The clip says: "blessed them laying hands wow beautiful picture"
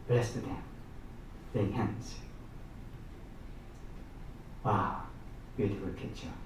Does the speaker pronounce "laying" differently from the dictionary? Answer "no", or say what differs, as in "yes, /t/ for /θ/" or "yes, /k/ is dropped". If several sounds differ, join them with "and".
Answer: yes, /n/ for /l/